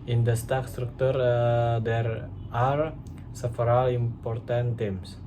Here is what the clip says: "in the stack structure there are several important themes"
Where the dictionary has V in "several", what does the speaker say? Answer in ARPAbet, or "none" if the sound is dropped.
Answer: F